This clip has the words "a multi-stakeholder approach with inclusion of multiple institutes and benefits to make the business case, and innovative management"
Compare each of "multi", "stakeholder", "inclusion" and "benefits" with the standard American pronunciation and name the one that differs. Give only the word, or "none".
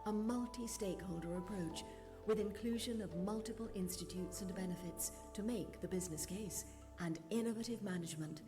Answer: none